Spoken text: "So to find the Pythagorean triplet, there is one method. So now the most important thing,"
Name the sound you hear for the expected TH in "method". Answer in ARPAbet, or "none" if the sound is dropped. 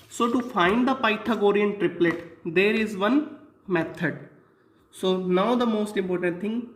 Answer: T